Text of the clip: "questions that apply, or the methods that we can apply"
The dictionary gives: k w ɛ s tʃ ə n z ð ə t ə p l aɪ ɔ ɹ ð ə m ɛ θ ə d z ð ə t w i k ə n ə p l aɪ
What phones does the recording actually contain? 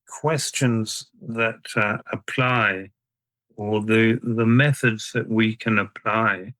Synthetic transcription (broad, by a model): k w ɛ s tʃ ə n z ð ə t ə p l aɪ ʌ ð ð ə m ɛ θ ə d z ð ə t w i k ə n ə p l aɪ